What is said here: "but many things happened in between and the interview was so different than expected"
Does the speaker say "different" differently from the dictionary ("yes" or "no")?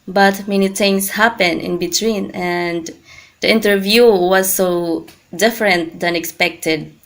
no